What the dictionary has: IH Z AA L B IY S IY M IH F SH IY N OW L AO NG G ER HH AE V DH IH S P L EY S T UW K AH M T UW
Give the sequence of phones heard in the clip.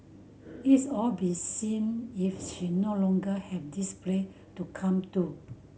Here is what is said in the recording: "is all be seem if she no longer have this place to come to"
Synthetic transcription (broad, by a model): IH S AA L B IY S IY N IH F SH IY N OW L AO NG G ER HH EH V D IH S P L EY T UW K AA M T UW